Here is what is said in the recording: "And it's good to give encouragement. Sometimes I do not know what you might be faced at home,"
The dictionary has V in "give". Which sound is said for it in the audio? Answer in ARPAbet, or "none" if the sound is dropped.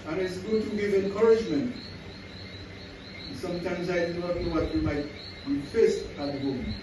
V